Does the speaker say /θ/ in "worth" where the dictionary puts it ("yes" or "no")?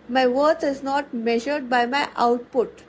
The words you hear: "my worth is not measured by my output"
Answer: no